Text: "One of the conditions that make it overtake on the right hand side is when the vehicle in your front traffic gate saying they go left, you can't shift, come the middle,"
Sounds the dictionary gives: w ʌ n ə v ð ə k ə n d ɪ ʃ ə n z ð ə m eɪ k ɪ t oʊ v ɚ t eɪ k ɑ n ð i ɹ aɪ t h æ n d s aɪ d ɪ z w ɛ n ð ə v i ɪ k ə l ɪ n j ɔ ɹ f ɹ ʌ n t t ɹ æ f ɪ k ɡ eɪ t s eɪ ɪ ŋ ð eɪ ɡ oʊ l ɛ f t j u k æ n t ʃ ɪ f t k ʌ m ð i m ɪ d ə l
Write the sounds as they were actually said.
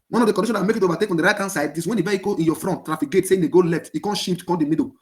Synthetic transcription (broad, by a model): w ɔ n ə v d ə k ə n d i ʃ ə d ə m eɪ k ɪ t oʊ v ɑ t eɪ k ɑ n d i ɹ aɪ t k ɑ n s aɪ d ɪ s w ɛ n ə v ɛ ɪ k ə ɪ n j ɔ f ɹ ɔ n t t ɹ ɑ f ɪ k ɡ eɪ t s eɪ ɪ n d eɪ ɡ oʊ l ɛ f t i k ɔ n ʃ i p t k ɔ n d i m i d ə